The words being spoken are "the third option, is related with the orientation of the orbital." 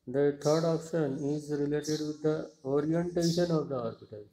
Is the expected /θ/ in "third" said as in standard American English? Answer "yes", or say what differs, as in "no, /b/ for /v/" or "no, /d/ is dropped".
no, /t/ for /θ/